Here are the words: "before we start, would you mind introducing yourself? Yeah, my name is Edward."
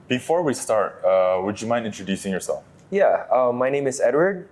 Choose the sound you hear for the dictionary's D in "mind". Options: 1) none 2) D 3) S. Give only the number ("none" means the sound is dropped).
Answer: 1